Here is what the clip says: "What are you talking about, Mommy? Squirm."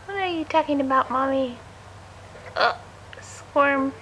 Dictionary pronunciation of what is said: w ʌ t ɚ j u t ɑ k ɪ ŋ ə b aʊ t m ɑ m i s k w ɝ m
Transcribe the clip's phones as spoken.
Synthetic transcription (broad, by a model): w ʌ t ɚ j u t ɑ k ɪ ŋ ə b aʊ t m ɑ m i s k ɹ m